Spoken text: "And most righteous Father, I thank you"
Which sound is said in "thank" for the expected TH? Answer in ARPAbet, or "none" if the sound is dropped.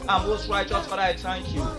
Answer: T